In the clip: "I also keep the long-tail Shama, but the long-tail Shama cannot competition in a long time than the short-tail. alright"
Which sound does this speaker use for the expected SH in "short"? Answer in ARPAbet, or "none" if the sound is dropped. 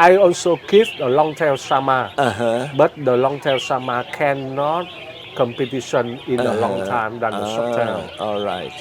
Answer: S